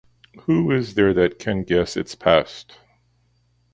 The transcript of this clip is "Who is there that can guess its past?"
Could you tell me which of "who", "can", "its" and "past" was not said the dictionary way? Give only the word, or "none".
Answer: none